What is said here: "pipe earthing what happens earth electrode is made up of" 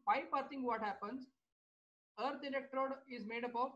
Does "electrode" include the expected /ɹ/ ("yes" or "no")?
yes